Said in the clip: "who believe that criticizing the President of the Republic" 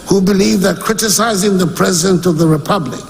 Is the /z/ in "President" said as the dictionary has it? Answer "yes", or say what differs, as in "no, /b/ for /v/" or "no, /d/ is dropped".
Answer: yes